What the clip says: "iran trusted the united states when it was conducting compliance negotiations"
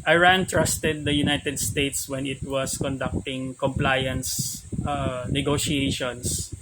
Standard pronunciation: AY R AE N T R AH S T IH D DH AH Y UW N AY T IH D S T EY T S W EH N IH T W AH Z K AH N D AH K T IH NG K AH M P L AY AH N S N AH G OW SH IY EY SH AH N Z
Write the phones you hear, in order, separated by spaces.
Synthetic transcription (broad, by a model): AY R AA N T R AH S T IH D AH Y UW N AY T IH D S T EY T S W EH N IH T W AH S K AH N D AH K T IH NG K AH M P L AY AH N S N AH G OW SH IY EY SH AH N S